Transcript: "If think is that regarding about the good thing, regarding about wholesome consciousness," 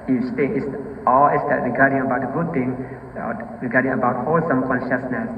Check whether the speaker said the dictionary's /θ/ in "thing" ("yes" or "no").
no